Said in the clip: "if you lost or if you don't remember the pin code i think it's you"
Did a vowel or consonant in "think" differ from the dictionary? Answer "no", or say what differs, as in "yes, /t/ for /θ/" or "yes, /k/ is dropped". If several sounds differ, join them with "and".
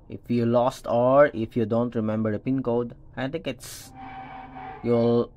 yes, /t/ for /θ/ and /ŋ/ is dropped